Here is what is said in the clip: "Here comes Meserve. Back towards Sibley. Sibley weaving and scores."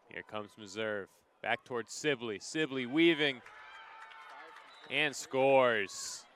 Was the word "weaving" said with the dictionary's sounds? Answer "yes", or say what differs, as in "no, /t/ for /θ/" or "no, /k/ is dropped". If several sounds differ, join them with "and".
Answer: yes